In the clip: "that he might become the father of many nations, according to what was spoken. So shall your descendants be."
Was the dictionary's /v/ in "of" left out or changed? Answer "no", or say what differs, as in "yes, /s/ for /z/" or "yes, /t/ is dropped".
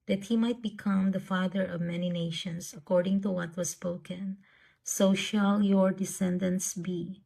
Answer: no